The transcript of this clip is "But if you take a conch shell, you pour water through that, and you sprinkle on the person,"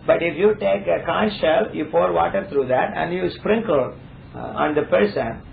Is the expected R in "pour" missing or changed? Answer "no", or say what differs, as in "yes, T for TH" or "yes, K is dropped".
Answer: no